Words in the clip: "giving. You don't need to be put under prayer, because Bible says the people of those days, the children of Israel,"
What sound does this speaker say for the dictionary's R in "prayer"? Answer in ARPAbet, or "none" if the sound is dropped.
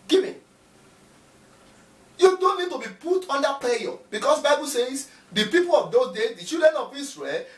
L